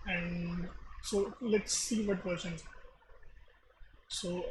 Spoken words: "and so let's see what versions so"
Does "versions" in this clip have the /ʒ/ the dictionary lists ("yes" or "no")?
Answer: no